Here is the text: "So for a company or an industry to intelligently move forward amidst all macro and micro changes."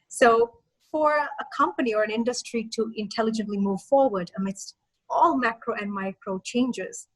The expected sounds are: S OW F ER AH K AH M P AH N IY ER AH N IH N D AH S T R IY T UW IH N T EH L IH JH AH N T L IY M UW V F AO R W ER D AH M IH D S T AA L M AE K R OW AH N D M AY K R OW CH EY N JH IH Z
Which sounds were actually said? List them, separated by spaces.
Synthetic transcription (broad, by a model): S OW F ER AH K AH M P AH N IY ER AH N IH N D AH S T R IY T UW IH N T EH L IH JH AH N T L IY M UW V F AO R W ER D AH M IH D S T AA L M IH K R OW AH N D M AY K R OW CH EY N JH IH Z